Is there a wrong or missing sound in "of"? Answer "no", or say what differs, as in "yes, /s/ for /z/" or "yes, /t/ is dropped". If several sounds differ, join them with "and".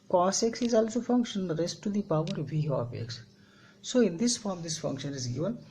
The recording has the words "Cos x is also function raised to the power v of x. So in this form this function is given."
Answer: yes, /p/ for /v/